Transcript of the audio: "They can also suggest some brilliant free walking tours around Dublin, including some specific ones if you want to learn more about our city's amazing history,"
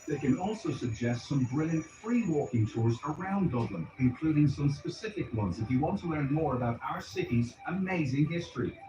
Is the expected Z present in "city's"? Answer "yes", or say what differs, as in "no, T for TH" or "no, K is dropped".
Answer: yes